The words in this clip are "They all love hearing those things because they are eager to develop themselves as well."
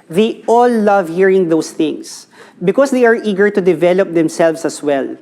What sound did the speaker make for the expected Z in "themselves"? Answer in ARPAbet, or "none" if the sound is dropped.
S